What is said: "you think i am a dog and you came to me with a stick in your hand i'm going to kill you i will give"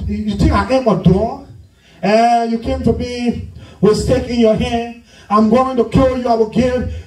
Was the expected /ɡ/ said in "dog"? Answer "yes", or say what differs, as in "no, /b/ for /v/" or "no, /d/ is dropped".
no, /ɡ/ is dropped